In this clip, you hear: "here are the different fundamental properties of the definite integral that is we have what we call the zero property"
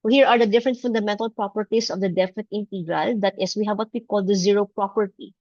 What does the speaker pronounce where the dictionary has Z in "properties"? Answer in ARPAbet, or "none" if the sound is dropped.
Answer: S